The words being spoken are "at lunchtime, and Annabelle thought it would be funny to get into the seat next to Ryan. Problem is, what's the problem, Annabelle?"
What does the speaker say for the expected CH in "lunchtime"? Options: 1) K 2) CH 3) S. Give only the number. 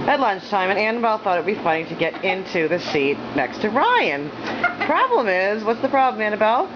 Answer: 2